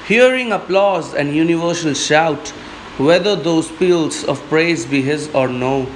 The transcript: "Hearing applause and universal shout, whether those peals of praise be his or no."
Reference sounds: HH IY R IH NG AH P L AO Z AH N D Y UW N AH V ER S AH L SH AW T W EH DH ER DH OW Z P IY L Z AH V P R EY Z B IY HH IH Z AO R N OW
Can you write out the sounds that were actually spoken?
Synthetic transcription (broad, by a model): HH IY R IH NG AH P L AO Z AH N D Y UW N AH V ER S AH L SH AW T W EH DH ER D OW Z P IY L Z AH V P R EY Z B IY HH IH Z AO R N OW